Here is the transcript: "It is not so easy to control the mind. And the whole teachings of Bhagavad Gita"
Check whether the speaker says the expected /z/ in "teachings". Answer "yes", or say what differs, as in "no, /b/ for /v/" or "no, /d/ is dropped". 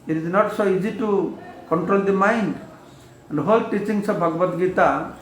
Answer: no, /s/ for /z/